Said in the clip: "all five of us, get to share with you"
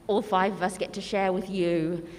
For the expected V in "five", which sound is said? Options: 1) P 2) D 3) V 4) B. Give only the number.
3